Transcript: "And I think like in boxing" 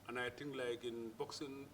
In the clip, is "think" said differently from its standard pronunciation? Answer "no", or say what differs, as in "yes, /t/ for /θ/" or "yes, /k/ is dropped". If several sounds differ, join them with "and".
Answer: yes, /t/ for /θ/